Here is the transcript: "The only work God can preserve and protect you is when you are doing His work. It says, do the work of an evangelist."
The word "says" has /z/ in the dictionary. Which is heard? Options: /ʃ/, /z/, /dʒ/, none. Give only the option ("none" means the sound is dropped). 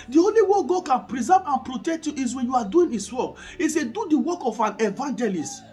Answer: none